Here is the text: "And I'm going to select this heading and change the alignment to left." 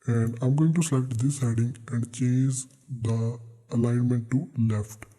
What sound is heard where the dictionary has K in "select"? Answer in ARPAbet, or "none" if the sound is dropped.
none